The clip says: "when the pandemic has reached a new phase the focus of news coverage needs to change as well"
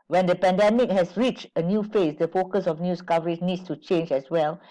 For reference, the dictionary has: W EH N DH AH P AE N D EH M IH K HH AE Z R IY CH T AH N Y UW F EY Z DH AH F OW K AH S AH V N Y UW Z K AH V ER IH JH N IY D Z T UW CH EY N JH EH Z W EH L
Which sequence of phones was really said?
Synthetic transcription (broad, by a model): W EH N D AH P AE N D EH M IH K HH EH S R IY CH T AH N Y UW F EY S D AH F OW K AH S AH F N Y UW S K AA V ER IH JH N IY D S T UW CH EY N JH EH S W EH L